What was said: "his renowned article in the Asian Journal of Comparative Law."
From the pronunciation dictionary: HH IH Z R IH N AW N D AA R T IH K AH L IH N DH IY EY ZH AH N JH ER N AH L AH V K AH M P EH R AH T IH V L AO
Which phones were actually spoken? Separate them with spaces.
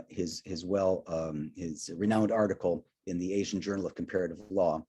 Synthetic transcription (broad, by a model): HH IH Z R IH N AW N D AA R T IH K L IH N DH IY EY ZH N JH ER N L AH V K M P EH R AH T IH V L AO